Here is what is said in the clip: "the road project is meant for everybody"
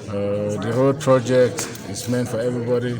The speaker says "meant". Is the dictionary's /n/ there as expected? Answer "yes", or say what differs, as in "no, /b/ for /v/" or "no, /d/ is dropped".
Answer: yes